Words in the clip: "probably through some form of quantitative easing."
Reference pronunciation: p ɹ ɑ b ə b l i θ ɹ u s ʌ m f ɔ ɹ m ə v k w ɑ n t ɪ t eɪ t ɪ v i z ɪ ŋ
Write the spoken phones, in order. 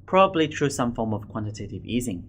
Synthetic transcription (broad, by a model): p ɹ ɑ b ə b l i t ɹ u s ʌ m f ɔ ɹ m ə v k w ɑ n t ɪ t eɪ t ɪ v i z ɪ ŋ